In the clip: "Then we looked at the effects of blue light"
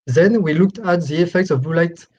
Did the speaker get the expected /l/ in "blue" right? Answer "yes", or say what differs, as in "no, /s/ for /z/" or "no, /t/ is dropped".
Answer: no, /l/ is dropped